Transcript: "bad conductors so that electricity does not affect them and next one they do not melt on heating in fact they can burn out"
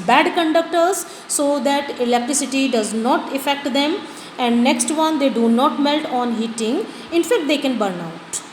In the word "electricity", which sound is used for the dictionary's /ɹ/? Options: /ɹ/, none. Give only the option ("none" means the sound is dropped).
/ɹ/